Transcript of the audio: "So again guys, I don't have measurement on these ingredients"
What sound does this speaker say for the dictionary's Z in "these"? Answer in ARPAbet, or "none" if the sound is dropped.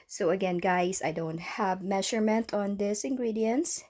S